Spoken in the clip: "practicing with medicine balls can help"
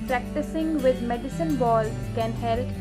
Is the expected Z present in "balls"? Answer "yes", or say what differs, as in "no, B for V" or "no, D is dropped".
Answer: no, Z is dropped